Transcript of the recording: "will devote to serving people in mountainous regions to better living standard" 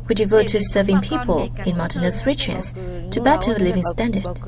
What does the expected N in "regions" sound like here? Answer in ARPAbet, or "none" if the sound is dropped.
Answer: none